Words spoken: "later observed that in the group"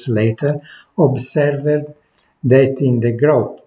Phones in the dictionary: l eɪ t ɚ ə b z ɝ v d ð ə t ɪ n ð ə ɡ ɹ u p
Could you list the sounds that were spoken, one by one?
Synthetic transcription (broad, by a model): l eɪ t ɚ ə b s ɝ v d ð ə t ɪ n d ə ɡ ɹ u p